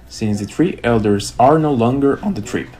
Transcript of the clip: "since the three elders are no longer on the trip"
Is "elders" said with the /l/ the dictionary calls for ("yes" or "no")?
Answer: yes